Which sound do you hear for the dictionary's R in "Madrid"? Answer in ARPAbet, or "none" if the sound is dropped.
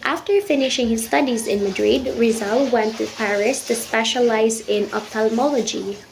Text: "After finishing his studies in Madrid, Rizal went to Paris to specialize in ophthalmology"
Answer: R